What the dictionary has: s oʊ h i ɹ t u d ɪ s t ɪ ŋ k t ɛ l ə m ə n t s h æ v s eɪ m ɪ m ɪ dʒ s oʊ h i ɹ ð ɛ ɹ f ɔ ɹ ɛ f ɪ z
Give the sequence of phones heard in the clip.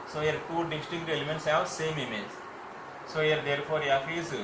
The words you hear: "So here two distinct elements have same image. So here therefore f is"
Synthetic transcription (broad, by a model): s oʊ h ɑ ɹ t u d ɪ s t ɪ k t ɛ l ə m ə n t s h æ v s eɪ m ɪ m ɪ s s oʊ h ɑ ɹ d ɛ ɹ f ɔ ɹ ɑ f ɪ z